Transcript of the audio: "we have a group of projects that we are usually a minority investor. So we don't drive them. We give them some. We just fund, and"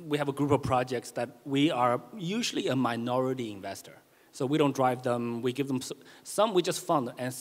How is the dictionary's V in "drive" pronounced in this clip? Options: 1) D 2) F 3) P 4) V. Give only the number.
4